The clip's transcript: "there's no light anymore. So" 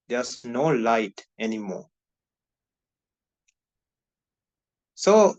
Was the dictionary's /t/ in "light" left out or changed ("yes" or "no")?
no